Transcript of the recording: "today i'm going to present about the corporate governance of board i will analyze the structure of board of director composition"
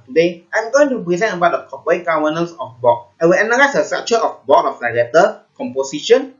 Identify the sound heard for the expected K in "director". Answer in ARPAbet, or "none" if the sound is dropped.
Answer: none